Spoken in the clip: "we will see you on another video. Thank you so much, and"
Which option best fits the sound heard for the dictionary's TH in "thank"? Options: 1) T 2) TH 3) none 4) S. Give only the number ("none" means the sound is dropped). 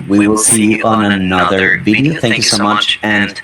2